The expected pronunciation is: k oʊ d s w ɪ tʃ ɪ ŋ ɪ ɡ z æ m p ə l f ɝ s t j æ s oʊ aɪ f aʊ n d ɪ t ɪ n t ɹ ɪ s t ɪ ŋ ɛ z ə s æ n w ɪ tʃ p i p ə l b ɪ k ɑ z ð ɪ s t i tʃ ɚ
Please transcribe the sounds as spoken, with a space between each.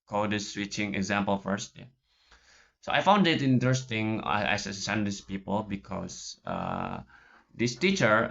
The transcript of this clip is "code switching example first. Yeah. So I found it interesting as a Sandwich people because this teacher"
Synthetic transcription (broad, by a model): k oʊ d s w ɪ tʃ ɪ ŋ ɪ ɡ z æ m p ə l f ɝ s t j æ s oʊ aɪ f aʊ n d ɪ t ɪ n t ɹ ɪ s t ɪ ŋ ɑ s ə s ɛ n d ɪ s p i p ə l b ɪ k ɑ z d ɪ s t i tʃ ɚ